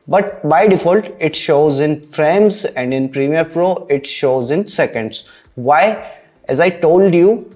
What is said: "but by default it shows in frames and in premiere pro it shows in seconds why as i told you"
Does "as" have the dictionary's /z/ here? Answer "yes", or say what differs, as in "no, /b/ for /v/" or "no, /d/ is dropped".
yes